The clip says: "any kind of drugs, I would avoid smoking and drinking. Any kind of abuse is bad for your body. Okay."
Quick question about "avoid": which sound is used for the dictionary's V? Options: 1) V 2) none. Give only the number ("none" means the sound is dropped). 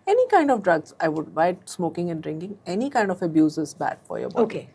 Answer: 2